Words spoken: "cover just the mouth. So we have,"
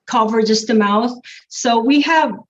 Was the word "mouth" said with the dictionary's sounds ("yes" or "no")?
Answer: yes